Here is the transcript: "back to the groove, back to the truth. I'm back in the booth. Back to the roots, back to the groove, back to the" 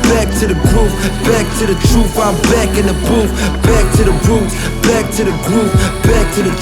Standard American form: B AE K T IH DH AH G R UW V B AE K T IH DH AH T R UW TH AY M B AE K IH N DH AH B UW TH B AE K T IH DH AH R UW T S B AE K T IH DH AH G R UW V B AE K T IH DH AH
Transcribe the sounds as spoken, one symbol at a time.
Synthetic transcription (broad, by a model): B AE K T IH DH AH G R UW P B AE K T IH DH AH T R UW F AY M B AE K IH N DH AH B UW F B AE K T IH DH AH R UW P B AE K T IH DH AH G R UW P B AE K T IH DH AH